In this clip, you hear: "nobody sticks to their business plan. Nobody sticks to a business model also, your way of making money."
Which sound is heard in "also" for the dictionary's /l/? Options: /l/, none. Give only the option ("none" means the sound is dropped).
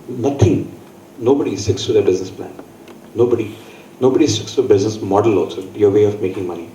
none